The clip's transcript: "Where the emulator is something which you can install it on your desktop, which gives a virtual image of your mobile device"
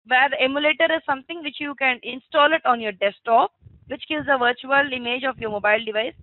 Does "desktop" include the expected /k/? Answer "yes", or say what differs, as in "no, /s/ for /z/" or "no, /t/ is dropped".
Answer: no, /k/ is dropped